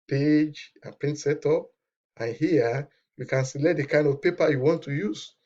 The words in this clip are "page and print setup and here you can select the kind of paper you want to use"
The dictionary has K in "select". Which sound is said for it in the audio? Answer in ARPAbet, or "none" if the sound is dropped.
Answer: none